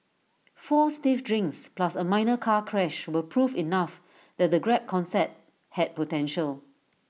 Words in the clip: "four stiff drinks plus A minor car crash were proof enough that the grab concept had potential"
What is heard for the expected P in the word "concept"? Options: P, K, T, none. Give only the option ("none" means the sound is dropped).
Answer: none